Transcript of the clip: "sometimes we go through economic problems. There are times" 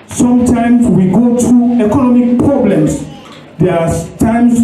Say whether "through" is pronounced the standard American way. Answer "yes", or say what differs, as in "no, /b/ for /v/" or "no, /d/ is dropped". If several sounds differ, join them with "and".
no, /t/ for /θ/